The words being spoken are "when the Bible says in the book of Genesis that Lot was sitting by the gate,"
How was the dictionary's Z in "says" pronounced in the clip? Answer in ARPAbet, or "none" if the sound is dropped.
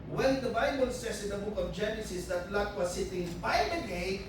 S